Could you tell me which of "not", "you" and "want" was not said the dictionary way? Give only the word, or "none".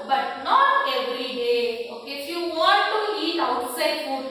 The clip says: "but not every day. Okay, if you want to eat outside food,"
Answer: want